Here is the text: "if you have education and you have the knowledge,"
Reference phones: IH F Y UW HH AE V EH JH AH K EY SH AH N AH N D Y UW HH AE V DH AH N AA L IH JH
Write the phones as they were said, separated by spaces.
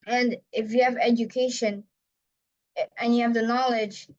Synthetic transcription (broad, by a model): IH F Y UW HH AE V EH JH AH K EY SH AH N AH N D Y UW HH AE V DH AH N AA L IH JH